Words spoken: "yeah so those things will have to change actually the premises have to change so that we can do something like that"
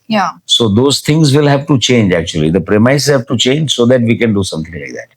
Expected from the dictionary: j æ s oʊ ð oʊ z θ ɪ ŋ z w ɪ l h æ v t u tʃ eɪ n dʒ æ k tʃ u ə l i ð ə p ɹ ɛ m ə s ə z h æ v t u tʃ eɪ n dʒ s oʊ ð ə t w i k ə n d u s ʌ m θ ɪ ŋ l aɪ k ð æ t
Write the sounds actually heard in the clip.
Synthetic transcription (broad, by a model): j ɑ s oʊ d oʊ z t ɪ ŋ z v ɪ l h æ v t u tʃ eɪ n dʒ æ k tʃ u ə l i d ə p ɹ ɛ m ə ə s h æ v t u tʃ eɪ n dʒ s oʊ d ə t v i k ə n d u s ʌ m t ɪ ŋ l aɪ k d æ t